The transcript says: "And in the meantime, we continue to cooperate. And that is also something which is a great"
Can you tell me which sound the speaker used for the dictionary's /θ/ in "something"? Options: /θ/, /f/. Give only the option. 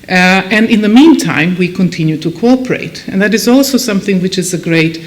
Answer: /θ/